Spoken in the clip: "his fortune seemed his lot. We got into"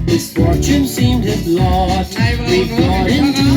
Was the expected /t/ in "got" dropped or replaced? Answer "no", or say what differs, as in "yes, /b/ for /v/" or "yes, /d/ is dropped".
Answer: yes, /t/ is dropped